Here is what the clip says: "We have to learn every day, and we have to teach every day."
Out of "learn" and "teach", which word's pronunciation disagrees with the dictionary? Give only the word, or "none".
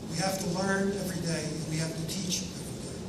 none